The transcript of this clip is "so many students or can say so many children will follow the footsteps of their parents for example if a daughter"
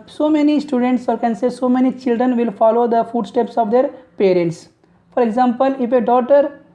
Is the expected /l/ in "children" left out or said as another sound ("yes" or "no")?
no